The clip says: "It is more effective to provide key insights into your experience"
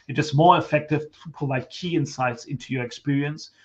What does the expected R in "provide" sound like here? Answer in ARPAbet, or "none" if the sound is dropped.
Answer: none